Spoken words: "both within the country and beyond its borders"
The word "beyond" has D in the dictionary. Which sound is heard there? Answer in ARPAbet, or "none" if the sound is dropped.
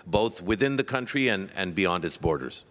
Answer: D